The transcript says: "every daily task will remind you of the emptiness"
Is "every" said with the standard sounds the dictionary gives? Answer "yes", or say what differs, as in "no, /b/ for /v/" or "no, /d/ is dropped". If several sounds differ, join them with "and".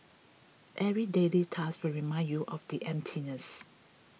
no, /v/ is dropped